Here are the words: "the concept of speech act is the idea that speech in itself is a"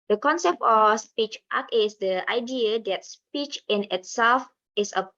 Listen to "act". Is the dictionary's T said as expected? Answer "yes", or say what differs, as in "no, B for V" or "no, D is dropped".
no, T is dropped